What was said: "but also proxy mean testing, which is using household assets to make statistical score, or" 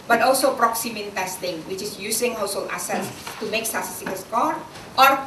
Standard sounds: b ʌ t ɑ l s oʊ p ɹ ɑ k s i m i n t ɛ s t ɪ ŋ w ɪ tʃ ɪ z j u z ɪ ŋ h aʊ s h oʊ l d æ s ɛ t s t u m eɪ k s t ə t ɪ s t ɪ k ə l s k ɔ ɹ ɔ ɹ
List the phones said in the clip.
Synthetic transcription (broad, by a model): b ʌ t ɑ l s oʊ p ɹ ɑ k s i m i n t ɛ s t ɪ ŋ w ɪ tʃ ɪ s j u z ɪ ŋ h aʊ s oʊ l æ s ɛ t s t u m eɪ k s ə s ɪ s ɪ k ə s k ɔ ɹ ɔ ɹ